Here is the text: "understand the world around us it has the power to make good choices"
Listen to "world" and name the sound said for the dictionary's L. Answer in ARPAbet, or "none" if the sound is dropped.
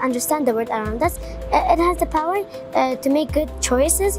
none